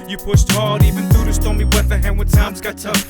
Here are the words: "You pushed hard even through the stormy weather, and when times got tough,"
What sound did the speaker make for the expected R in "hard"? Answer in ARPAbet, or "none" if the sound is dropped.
L